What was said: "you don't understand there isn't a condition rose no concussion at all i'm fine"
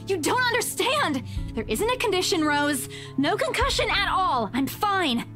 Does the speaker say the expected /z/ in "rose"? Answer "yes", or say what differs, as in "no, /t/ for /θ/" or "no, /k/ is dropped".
yes